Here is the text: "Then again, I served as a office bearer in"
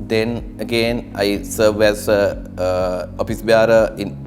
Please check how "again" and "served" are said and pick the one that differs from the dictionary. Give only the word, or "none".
served